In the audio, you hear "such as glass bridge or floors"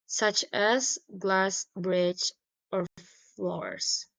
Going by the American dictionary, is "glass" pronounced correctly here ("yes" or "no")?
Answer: yes